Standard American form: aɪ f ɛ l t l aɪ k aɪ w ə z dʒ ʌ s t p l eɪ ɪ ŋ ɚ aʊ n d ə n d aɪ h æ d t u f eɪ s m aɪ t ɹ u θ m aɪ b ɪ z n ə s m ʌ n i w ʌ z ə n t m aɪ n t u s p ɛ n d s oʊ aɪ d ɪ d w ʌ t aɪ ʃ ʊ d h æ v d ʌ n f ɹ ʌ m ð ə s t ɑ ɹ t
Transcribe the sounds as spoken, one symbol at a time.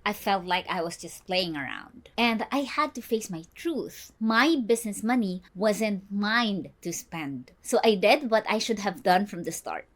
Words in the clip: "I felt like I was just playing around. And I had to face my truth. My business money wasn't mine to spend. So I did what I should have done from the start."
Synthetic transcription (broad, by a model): aɪ f ɛ l t l aɪ k aɪ w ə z dʒ ʌ s t p l eɪ ɪ ŋ ɚ aʊ n d ə n d aɪ h æ d t u f eɪ s m aɪ t ɹ u θ m aɪ b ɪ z n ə s m ʌ n i w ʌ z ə n m aɪ n t u s p ɛ n d s oʊ aɪ d ɪ d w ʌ t aɪ ʃ ʊ d h æ v d ʌ n f ɹ ʌ m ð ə s t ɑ ɹ t